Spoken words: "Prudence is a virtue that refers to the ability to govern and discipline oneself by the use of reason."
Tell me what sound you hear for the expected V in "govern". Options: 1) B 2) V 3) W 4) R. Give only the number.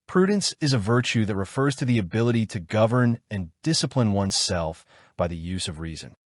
2